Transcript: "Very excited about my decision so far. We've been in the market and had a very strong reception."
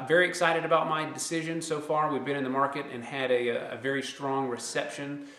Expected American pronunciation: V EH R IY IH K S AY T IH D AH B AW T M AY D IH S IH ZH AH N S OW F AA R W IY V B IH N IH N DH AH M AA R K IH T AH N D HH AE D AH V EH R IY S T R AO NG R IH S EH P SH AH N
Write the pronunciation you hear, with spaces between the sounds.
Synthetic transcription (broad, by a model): V EH R IY IH K S AY T IH D AH B AW T M AY D IH S IH ZH AH N S OW F AA R W IY V B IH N IH N DH AH M AA R K IH T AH N D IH AH V EH R IY S T R AO NG R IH S EH P SH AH N